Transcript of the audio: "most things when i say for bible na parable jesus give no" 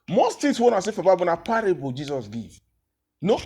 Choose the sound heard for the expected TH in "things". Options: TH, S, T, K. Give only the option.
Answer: T